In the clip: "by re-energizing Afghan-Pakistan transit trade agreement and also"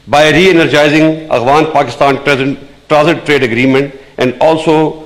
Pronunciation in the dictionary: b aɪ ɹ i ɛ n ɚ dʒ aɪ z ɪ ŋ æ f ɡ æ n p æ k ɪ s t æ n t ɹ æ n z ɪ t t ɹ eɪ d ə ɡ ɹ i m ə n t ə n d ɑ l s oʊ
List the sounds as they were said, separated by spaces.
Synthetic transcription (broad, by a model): b aɪ ɹ i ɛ n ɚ dʒ aɪ z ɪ ŋ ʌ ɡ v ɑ n p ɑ k ɪ s t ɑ n t ɹ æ z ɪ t t ɹ eɪ d ə ɡ ɹ i m ə n t ə n d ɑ l s oʊ